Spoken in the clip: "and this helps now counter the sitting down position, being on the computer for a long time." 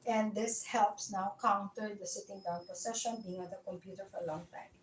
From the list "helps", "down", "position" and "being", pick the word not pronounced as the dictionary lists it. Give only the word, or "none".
position